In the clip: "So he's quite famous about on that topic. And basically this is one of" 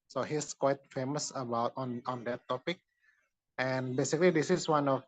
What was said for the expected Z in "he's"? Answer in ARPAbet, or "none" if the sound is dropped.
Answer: S